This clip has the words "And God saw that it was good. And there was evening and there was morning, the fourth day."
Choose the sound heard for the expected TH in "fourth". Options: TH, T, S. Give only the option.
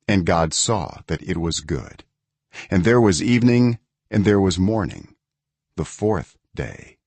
TH